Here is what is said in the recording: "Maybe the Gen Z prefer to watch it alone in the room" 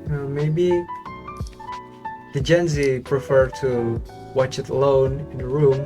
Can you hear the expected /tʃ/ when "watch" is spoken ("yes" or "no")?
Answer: yes